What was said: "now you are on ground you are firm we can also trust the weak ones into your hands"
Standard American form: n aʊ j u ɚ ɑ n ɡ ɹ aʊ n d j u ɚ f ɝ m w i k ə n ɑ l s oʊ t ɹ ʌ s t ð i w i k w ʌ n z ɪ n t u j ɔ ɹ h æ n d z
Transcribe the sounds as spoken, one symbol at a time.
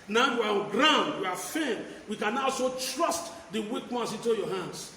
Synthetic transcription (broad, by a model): n aʊ j u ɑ ɑ n ɡ ɹ aʊ n d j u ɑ f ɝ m w i k ə n ɑ l s oʊ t ɹ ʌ s t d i w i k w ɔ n s ɪ n t u j ɔ h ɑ n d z